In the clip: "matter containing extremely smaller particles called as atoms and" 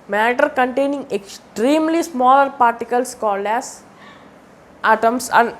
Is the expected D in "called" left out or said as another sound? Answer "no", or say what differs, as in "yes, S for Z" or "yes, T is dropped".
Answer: no